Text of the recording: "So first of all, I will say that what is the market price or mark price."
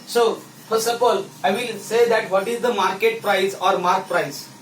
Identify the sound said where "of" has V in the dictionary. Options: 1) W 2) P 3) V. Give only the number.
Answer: 2